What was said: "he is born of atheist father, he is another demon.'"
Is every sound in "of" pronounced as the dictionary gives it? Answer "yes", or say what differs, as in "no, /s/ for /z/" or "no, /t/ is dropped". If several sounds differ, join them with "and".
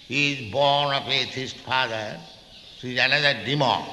no, /p/ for /v/